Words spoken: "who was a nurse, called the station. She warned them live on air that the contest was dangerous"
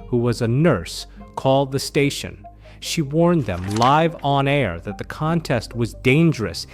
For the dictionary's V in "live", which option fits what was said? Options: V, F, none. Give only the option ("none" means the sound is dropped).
V